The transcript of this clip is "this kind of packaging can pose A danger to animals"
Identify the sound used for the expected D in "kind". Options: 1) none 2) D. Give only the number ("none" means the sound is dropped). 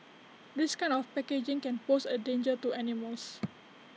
1